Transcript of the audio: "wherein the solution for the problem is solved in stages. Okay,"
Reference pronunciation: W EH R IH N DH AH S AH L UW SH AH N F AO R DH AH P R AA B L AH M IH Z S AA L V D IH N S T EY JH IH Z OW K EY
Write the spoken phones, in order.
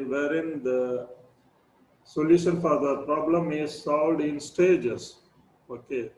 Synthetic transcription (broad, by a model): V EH R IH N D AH S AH L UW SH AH N F AO R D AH P R AA B L AH M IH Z S AA L V D IH N S T EY JH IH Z OW K EY